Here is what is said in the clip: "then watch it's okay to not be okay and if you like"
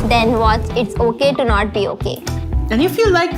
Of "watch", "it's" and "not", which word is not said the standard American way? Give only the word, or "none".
watch